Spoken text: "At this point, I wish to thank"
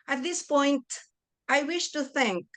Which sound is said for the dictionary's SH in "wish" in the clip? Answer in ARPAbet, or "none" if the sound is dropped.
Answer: SH